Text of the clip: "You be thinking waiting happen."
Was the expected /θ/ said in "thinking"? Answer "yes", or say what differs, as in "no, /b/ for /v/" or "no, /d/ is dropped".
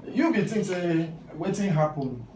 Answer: no, /t/ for /θ/